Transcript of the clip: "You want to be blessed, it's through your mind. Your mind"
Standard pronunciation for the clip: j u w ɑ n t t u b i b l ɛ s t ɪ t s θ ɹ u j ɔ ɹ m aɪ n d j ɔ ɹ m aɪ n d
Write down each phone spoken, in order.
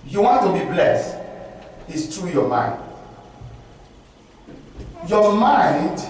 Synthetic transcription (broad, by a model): j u w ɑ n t t u b i b l ɛ s t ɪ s t ɹ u j ɔ m aɪ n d j ɔ m aɪ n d